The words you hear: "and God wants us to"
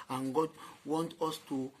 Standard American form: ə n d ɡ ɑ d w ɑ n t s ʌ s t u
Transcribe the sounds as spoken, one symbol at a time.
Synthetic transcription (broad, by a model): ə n ɡ ɑ d w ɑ n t ɔ s t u